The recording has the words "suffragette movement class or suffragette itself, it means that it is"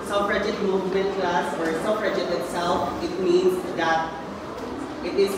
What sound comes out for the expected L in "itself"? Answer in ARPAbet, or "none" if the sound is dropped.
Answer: L